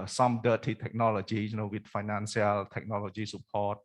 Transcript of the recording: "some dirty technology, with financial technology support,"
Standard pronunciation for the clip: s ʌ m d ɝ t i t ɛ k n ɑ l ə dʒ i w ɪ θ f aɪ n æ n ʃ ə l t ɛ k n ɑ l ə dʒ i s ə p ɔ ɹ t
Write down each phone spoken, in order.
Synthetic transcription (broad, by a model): s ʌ m d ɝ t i t ɛ k n ɑ l ə dʒ i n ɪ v f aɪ n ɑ n s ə l t ɛ k n ɑ l ə dʒ i s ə p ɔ t